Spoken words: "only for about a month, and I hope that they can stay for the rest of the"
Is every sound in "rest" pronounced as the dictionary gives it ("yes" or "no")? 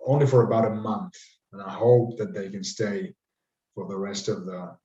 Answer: yes